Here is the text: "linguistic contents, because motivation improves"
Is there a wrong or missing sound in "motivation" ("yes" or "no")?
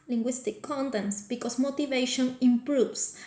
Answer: no